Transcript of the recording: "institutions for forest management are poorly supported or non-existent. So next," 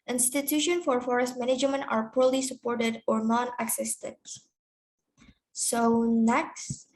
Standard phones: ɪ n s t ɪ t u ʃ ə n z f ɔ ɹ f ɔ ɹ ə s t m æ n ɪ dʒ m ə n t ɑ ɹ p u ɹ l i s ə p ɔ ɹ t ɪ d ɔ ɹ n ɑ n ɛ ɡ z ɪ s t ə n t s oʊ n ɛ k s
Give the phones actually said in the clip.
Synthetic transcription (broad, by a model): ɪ n s t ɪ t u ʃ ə n f ɔ ɹ f ɔ ɹ ə s t m æ n ɪ dʒ m ə n t ɑ ɹ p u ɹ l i s ə p ɔ ɹ t ɪ d ɔ ɹ n ɑ n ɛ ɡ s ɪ s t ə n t s oʊ n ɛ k s